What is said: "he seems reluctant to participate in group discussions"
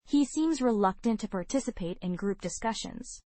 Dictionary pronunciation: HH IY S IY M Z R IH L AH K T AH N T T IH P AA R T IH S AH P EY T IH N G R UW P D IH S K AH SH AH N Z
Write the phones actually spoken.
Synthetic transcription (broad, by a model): HH IY S IY M Z R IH L AH K T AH N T T IH P AA R T IH S AH P EY T IH N G R UW P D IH S K AH SH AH N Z